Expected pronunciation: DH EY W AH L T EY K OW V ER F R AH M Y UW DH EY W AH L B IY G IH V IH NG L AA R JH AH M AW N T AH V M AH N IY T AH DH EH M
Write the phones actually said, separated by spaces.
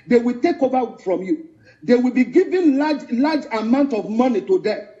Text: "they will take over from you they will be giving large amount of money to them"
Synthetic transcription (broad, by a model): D EY W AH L T EY K OW V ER F R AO M Y UW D EY W AH L B IY G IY V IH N L AA L JH AH M AW N T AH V M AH N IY T AH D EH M